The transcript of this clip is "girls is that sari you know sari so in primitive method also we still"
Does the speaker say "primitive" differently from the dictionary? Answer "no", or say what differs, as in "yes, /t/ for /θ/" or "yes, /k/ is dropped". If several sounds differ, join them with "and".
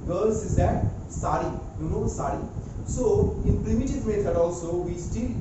no